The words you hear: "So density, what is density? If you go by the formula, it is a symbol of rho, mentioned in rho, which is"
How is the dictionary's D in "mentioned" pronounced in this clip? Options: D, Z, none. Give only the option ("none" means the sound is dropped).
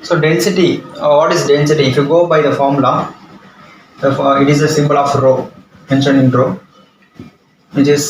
none